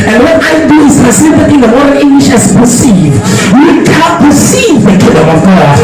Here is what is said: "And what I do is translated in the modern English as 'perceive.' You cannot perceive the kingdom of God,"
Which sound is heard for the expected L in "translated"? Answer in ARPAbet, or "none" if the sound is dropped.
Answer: none